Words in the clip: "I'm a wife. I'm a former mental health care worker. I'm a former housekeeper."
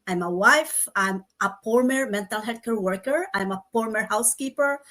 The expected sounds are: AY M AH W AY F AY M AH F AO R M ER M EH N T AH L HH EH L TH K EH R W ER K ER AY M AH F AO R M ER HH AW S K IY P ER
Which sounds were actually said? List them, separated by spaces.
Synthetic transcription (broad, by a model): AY M AH W AY F AY M AH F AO R M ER M EH N T AH L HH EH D K EH R W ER K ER AY M AH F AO R M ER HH AW S K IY P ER